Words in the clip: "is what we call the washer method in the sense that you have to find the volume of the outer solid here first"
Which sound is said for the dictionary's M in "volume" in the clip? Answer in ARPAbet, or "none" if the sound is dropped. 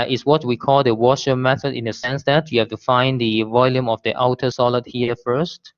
M